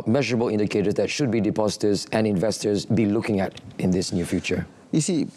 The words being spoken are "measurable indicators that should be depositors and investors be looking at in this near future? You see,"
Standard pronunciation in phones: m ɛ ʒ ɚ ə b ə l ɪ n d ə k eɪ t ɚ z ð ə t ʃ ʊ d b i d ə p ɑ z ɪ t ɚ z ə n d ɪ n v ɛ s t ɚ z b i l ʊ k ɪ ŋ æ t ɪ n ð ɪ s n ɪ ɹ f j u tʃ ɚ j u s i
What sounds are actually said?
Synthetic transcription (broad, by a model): m ɛ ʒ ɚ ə b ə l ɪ n d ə k eɪ t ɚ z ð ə t ʃ ʊ d b i d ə p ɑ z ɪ t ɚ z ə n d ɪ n v ɛ s t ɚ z b i l ʊ k ɪ ŋ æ t ɪ n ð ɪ s n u f j u tʃ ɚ j u s i